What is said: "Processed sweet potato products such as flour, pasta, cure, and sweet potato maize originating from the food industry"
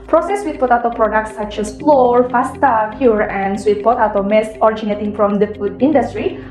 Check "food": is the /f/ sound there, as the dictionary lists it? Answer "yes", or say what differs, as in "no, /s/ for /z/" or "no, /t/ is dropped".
yes